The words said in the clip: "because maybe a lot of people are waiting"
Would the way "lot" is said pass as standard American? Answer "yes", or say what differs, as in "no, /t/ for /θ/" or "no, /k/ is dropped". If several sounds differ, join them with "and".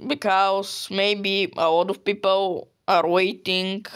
yes